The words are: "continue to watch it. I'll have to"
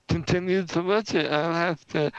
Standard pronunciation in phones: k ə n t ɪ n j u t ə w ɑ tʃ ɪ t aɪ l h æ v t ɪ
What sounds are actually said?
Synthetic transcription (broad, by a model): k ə n t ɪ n j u s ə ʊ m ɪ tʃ aɪ l h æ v t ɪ